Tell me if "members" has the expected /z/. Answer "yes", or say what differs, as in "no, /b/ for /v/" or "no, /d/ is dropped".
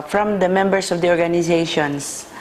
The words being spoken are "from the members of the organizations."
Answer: no, /s/ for /z/